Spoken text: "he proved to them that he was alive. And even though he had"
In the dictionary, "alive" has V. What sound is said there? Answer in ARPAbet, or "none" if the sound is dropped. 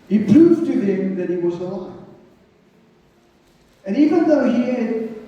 none